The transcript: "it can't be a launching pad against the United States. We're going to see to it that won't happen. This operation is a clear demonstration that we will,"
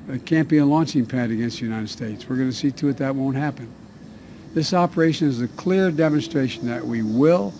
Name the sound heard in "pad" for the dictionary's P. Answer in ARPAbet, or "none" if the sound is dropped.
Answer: P